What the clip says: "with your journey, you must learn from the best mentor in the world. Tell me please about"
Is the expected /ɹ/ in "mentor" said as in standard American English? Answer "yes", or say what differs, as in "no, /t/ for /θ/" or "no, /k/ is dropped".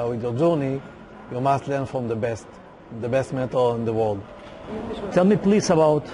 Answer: no, /l/ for /ɹ/